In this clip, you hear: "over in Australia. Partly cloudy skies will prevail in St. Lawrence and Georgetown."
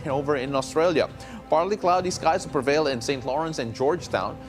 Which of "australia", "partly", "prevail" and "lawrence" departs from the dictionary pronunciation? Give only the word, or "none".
none